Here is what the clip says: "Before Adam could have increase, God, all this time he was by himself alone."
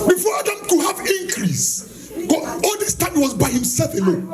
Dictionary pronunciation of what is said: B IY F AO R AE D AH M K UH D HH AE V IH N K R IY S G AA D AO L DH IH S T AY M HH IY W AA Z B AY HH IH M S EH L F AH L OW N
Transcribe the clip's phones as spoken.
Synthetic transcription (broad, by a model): B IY F AO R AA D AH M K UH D HH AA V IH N K R IY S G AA AO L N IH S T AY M W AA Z B AY HH IH M S EH L F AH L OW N